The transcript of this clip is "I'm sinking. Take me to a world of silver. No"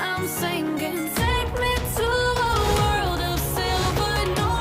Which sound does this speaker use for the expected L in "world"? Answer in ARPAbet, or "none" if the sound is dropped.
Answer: L